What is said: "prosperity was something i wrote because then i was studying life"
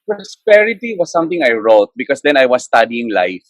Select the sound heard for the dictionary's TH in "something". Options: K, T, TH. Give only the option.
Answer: T